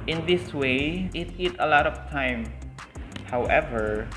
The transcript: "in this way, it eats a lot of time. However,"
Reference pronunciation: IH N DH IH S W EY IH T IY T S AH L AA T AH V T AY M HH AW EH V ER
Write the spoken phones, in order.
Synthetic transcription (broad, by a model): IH N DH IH S W EY IH T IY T AH L AA T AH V T AY M HH AW EH V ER